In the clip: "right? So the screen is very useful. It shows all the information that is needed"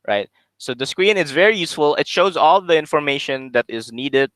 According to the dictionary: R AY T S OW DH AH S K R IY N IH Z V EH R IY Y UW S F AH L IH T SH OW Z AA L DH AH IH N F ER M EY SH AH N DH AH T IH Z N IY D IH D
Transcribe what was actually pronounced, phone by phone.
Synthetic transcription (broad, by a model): R AY T S OW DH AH S K R IY N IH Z V EH R IY Y UW S F AH L IH T SH OW Z AA L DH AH IH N F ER M EY SH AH N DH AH T IH Z N IY D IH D